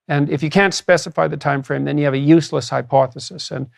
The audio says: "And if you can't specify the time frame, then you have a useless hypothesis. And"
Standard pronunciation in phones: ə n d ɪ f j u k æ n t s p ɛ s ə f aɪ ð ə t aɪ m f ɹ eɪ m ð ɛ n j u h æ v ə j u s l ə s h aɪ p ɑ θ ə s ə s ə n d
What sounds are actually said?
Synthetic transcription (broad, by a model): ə n ɪ f j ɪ k æ n t s p ɛ s ə f aɪ ð ə t aɪ m f ɹ eɪ m ð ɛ n j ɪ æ v ə j u s l ə s h aɪ p ɑ θ ə s ə s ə n